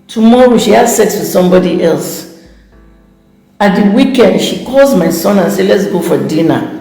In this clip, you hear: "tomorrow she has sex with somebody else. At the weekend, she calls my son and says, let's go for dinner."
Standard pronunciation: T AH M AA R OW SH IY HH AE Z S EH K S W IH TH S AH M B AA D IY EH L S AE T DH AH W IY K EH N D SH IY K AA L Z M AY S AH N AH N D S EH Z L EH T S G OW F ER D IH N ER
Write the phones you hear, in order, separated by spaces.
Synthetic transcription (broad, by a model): T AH M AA R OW SH IY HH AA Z S EH K S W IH S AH M B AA D IY EH L S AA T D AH W IY K EH N D SH IY K AA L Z M AY S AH N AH N S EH L EH T S G OW F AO D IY N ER